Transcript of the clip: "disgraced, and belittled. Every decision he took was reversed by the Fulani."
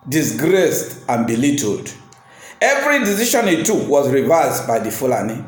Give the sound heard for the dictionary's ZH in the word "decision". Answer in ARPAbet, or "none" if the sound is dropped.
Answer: SH